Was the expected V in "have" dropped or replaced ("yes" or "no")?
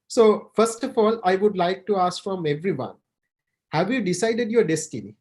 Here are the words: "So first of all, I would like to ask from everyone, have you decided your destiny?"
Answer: no